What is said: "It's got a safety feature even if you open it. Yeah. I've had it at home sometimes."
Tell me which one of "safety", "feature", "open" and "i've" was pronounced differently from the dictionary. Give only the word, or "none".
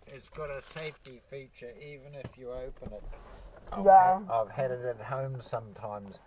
none